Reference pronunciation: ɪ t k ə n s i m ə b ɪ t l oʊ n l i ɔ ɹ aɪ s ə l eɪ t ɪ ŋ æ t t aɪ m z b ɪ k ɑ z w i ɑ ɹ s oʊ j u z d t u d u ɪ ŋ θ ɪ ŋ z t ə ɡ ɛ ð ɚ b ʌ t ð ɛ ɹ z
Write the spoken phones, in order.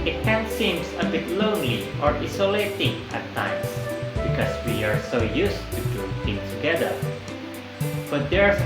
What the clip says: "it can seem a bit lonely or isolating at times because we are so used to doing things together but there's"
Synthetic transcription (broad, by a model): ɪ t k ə n s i m ə b ɪ t l oʊ n l i ɔ ɹ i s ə l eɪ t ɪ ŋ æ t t aɪ m s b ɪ k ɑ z w i ɑ ɹ s oʊ j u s t u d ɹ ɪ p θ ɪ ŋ t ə ɡ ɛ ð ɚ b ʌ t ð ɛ ɹ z